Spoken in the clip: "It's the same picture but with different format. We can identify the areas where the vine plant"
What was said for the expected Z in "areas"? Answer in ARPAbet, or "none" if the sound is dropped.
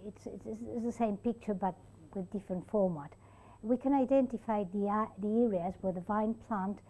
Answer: Z